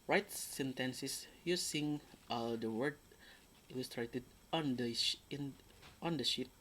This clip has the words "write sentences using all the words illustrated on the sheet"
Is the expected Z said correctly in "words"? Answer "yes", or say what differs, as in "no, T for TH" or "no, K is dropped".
no, Z is dropped